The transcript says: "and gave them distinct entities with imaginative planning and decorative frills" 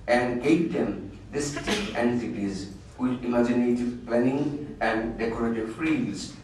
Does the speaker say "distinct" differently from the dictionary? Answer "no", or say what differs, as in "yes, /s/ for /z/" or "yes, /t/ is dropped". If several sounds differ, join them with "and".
yes, /ŋ/ is dropped and /t/ is dropped